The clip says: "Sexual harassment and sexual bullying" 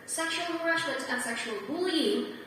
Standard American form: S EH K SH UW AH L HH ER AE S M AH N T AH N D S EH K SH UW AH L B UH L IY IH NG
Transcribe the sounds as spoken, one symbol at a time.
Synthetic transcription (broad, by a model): S EH K SH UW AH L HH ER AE SH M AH N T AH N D S EH K SH UW AH L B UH L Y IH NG